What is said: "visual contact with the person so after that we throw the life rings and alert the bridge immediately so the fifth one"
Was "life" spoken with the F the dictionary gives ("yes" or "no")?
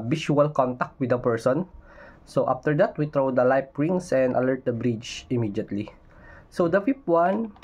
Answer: no